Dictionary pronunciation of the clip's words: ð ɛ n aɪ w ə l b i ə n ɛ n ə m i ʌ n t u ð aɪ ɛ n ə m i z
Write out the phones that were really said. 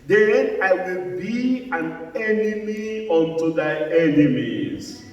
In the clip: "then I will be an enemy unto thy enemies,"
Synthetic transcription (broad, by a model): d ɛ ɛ aɪ w ə l b i ə n ɛ n ə m i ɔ n t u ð aɪ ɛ n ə m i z